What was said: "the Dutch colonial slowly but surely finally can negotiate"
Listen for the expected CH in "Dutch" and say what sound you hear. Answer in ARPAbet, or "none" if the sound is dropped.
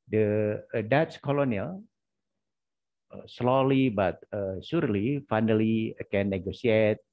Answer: S